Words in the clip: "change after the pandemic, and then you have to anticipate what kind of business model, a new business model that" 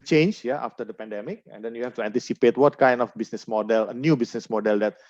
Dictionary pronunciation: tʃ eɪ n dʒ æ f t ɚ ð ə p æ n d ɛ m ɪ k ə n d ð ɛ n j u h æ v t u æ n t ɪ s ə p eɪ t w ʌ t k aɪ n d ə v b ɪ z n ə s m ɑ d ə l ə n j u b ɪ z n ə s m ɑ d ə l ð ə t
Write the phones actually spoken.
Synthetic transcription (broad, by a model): tʃ eɪ n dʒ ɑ f t ɚ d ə p æ n d ɛ m ɪ k ə n d ɛ n j u h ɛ f t u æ n t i s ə p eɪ t w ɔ t k aɪ n d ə f b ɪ s n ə s m ɑ d ə l ə n j u b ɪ s n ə s m ɑ d ə l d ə t